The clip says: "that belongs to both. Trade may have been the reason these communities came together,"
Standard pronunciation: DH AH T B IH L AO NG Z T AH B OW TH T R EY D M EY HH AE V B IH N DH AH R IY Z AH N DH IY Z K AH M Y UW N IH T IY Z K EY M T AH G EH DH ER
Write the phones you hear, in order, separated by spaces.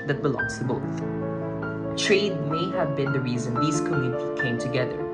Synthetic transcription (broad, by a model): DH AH T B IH L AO NG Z T AH B OW TH T R EY D M EY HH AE V B IH N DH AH R IY Z AH N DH IY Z K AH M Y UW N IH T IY K EY M T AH G EH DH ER